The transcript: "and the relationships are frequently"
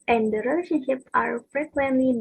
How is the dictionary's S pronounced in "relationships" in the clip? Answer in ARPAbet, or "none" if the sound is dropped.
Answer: none